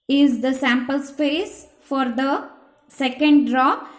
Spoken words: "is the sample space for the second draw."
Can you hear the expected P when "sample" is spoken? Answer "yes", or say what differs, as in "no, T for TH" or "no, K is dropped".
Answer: yes